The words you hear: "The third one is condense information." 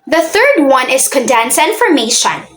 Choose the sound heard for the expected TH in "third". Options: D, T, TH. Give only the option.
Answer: TH